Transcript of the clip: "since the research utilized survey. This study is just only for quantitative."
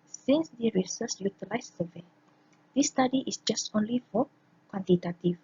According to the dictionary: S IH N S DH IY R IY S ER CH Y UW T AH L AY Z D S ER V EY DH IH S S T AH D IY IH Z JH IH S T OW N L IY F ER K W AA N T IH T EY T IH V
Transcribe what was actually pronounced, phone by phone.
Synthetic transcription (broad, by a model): S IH N S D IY R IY S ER S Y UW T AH L AY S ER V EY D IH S S T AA D IY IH S JH IH S T OW N L IY F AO K W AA N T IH T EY T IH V